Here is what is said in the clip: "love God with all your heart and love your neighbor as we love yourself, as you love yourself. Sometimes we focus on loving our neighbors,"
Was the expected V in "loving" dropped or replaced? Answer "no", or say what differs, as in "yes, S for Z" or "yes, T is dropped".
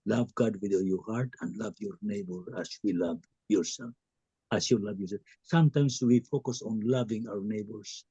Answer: no